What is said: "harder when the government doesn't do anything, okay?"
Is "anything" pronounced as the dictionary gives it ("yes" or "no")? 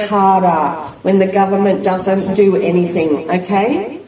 yes